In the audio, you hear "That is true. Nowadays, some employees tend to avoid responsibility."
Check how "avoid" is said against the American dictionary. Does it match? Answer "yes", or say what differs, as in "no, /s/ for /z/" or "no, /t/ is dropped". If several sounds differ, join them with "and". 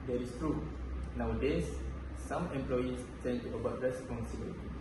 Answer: no, /b/ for /v/